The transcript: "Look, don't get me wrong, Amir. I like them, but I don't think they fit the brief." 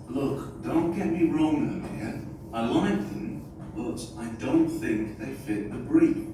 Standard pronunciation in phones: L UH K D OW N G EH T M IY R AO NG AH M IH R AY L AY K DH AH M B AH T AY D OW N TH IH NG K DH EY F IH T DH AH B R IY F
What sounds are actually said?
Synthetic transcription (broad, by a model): L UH K D OW N G EH T M IY R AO NG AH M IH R AY L AY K DH AH M B AH T AY D OW N TH IH NG K DH EY F IH T DH AH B R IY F